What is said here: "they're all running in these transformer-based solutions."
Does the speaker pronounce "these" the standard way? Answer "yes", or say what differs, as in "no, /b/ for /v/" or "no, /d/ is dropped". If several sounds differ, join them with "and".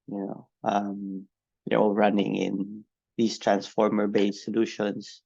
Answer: no, /s/ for /z/